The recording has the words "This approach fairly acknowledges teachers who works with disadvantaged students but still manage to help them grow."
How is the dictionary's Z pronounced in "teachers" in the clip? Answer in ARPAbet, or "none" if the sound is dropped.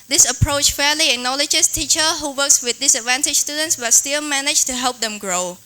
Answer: none